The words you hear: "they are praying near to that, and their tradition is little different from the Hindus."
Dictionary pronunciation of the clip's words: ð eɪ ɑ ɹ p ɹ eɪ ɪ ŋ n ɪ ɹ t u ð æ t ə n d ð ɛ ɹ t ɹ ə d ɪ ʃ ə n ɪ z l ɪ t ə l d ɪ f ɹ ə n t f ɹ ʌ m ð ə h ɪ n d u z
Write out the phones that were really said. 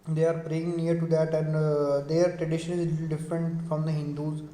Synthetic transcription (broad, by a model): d eɪ ɑ ɹ p ɹ eɪ ɪ ŋ n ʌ ɹ t u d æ t ə n d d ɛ ɹ t ɹ ə d ɪ ʃ ə n ɪ z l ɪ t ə l d ɪ f ɹ ə n t f ɹ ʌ m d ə h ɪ n d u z